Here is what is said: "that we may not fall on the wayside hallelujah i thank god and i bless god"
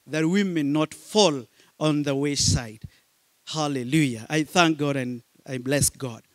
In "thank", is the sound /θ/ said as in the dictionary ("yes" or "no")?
yes